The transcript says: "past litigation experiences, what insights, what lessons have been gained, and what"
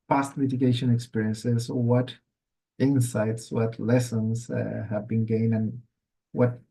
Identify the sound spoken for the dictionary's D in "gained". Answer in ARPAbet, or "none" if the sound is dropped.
none